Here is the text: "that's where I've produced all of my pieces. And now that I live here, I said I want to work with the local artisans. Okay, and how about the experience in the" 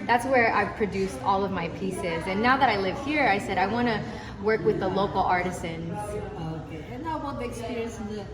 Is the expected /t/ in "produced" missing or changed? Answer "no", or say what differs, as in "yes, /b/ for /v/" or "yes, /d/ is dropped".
no